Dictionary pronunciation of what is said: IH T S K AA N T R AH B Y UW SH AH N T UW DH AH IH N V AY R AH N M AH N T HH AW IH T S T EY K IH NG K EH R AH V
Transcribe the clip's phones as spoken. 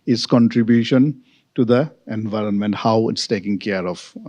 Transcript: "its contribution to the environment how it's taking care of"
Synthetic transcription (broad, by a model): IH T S K AA N T R AH B Y UW SH AH N T UW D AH IH N V AY R AH N M AH N T HH AW IH T S T EY K IH NG K EH R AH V